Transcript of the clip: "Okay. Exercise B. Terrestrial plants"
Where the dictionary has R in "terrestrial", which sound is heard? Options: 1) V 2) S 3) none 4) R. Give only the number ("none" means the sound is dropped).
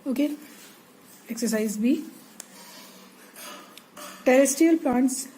3